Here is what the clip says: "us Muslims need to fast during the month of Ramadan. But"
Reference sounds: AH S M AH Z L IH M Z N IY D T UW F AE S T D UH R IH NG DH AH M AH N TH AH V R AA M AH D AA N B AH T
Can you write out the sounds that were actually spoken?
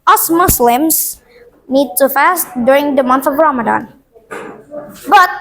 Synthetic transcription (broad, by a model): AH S M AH S L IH M S N IY D T UW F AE S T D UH R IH NG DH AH M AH N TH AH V R AA M AH D AA N B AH T